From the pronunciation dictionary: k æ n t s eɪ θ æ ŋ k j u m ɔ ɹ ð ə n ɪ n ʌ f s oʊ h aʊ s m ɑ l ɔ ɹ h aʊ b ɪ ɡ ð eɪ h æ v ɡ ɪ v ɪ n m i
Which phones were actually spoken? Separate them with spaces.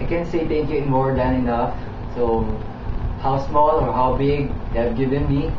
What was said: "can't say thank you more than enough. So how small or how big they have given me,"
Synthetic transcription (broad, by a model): k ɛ n s eɪ t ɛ k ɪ m ɔ ɹ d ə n ɪ n ʌ f s oʊ h aʊ s m ɑ l ɔ ɹ h aʊ b ɪ ɡ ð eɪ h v ɡ ɪ v ɪ n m i